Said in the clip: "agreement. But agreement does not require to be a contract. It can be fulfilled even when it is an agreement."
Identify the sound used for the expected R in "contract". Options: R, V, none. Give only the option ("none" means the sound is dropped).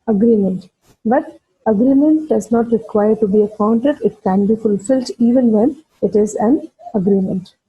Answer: none